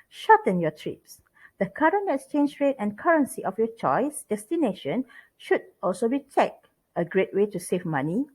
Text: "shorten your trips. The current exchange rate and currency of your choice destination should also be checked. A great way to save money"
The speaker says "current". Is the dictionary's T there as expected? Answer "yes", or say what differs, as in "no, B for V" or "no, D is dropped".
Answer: no, T is dropped